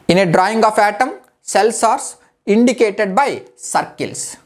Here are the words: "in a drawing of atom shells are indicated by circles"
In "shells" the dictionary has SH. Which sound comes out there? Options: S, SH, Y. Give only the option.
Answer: S